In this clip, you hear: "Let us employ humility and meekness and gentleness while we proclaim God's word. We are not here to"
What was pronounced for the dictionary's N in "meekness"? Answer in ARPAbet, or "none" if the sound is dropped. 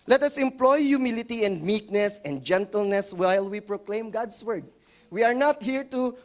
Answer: N